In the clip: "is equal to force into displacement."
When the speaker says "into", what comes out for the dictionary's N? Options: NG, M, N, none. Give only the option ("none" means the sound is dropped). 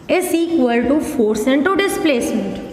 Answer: N